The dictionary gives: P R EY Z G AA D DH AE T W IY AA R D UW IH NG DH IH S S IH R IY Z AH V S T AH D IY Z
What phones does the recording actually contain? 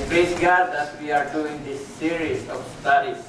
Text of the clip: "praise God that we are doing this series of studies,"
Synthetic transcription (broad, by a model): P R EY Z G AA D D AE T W IY AA R D UW IH NG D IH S S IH R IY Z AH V S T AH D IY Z